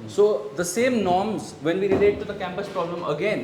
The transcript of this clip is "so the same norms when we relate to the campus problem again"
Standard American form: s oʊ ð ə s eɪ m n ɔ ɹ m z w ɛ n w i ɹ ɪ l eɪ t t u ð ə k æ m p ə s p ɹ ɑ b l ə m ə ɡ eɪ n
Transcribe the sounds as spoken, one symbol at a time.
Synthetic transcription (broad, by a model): s oʊ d ə s eɪ m n ɔ ɹ m z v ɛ n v i ɹ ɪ l eɪ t t u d ə k æ m p ə s p ɹ ɑ b l ə m ə ɡ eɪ n